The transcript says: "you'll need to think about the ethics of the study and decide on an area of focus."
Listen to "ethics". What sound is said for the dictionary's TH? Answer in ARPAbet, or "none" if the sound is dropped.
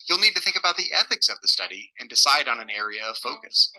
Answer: TH